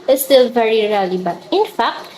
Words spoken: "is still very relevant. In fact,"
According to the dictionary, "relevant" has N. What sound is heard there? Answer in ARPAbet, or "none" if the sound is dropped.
none